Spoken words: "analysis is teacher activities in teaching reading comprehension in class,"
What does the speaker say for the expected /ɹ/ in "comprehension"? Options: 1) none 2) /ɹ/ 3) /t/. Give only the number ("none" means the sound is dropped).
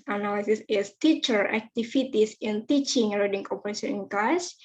1